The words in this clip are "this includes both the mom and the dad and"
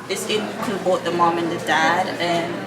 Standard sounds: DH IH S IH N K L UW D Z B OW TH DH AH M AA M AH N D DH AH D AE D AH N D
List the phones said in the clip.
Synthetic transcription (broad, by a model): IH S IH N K UW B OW T DH AH M AA M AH N DH AH D AE D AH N